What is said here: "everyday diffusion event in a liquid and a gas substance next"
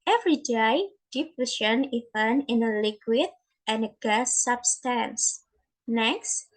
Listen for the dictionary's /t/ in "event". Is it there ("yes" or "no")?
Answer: no